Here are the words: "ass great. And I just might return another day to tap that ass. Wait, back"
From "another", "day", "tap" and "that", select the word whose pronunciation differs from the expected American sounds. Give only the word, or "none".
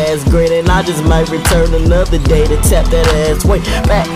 tap